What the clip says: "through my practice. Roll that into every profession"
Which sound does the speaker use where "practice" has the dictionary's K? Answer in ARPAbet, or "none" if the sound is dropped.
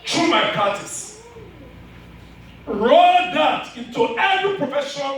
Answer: none